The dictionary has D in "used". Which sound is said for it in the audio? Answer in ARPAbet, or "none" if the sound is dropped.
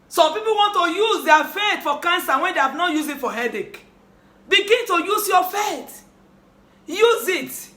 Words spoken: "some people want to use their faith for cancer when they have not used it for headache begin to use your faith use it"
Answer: none